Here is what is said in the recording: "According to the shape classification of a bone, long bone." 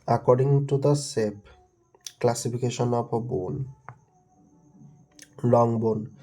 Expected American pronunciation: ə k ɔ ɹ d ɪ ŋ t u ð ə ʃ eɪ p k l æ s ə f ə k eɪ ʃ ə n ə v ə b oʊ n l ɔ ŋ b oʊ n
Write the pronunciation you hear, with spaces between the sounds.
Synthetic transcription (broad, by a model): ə k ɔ ɹ d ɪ ŋ t u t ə s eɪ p k l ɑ s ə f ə k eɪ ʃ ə n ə p ə b oʊ n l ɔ ŋ b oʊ n